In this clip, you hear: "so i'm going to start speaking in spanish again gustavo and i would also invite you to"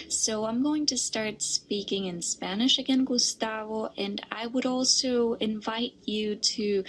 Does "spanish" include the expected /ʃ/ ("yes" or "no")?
yes